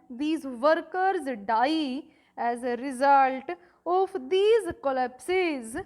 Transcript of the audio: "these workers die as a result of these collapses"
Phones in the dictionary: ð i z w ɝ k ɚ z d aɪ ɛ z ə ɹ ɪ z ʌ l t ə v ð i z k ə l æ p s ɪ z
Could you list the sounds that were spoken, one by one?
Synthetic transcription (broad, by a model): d i z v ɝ k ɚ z d aɪ ɛ z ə ɹ ɪ z ʌ l t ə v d i z k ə l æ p s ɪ z